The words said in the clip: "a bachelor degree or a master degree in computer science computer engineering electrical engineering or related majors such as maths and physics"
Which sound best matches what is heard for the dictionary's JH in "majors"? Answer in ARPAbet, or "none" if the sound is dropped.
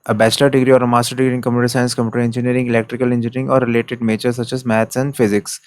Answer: CH